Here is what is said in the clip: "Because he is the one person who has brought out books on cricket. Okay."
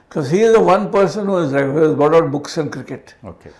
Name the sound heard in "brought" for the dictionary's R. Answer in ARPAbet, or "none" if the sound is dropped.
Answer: none